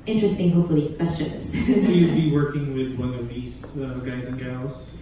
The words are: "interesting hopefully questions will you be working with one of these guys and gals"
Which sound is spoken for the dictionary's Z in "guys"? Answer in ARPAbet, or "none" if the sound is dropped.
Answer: Z